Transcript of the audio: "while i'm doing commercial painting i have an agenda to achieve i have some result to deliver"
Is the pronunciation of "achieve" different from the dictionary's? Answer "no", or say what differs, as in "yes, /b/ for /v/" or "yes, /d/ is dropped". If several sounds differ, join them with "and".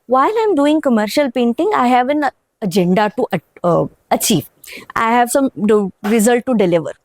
no